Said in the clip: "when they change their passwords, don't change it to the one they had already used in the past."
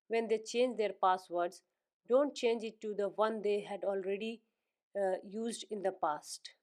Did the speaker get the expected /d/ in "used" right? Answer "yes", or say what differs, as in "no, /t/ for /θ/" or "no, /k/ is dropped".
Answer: yes